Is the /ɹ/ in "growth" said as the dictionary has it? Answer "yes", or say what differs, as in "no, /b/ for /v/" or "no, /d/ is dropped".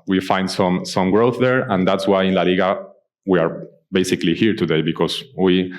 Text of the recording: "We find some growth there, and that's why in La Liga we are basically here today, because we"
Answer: yes